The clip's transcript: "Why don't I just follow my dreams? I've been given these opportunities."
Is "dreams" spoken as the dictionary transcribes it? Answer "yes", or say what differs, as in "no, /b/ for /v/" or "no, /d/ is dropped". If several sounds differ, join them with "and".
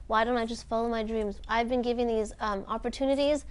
yes